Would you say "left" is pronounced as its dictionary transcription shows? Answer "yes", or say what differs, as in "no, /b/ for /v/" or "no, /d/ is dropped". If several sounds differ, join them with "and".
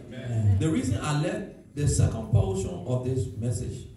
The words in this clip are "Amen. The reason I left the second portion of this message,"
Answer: no, /f/ is dropped